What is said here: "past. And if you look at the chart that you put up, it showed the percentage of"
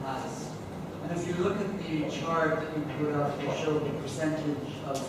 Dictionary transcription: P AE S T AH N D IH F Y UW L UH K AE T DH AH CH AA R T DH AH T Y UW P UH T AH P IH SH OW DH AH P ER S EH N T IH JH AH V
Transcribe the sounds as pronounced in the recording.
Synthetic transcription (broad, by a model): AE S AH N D IH F Y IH L UH K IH T DH AH CH AA R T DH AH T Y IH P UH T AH F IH SH OW DH AH P ER S EH N T IH JH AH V